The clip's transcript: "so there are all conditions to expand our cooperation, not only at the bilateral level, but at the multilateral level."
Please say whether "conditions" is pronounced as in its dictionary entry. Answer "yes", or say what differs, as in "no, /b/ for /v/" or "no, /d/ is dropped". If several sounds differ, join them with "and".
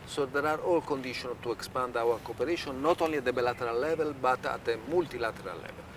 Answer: no, /z/ is dropped